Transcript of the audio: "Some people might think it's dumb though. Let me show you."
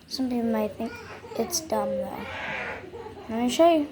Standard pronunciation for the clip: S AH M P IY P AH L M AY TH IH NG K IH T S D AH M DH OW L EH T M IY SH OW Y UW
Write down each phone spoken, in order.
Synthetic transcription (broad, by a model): S AH M P IY P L M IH TH IH NG K IH T S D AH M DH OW N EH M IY SH OW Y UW